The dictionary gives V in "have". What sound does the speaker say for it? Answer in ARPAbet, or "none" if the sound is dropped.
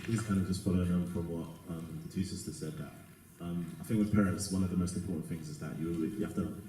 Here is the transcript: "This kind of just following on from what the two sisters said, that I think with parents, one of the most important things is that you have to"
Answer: F